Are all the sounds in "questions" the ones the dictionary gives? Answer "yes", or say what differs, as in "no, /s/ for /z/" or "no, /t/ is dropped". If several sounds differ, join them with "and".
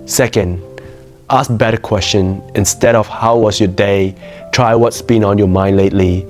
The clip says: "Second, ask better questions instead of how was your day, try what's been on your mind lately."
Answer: no, /z/ is dropped